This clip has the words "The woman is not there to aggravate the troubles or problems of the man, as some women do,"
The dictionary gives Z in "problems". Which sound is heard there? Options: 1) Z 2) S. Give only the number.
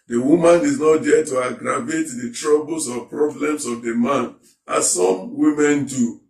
2